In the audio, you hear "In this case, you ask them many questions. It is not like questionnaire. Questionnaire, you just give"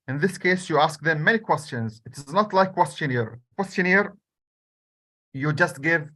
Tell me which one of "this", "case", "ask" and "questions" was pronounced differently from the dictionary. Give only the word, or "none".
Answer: none